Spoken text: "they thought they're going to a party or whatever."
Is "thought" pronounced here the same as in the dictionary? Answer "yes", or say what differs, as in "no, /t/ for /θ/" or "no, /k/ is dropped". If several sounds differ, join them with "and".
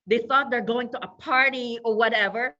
yes